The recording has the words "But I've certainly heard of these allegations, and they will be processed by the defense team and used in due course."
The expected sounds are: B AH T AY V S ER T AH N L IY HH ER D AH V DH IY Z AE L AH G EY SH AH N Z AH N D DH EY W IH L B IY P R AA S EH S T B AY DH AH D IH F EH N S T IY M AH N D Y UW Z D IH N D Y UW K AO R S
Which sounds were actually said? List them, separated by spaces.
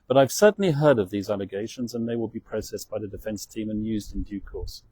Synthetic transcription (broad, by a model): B AH T AY V S ER T N L IY HH ER D AH V DH IY Z AE L AH G EY SH AH N Z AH N DH EY W IH L B IY P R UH S EH S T B AY DH AH D IH F EH N S T IY M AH N Y UW Z D IH N D Y UW K AO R S